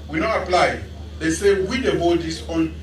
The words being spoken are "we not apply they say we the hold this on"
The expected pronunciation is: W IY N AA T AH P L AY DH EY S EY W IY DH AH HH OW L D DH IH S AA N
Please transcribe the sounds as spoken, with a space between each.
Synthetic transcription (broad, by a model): W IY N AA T AH P L AY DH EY S EY W IY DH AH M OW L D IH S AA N